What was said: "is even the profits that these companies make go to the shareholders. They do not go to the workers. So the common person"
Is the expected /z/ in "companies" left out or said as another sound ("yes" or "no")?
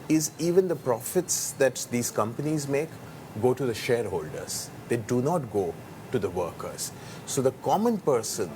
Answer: no